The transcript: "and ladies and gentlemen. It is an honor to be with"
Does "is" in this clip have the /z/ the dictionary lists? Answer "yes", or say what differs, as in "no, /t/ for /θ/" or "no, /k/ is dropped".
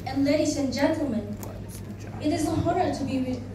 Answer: yes